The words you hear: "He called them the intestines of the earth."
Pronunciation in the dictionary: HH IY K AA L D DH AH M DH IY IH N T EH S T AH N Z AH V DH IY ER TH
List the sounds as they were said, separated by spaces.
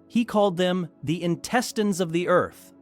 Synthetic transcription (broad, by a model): HH IY K AA L D DH AH M DH IY IH N T EH S T AH N Z AH V DH IY ER TH